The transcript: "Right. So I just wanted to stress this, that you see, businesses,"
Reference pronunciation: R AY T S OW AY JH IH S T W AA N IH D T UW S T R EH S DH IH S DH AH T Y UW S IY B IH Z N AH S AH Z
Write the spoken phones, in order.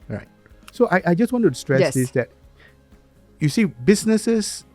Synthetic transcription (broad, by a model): R AY T S OW AY JH IH S T W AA N T UW S T R EH S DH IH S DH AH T Y UW S IY B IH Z N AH S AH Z